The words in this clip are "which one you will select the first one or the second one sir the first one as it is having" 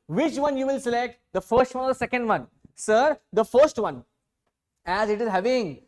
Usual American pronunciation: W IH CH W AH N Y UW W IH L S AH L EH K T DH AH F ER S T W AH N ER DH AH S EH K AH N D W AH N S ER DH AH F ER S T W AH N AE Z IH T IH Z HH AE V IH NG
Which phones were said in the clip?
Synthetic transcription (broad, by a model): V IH CH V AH N Y UW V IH L S AH L EH K T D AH F ER S T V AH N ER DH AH S EH K AH N D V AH N S ER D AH F ER S T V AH N AE Z IH T IH Z HH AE V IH NG